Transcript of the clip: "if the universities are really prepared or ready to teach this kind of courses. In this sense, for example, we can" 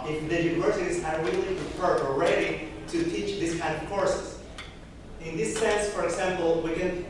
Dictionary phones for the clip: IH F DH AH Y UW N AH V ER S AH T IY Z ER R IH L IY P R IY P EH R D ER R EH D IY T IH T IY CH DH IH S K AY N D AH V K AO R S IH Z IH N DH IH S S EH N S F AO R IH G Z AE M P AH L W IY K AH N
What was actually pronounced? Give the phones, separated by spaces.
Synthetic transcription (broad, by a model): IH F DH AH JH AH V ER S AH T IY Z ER W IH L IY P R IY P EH R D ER R EH D IY T IH T IY CH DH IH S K AY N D AH V K AO R S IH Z IH N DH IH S S EH N S F AO R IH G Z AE M P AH L W IY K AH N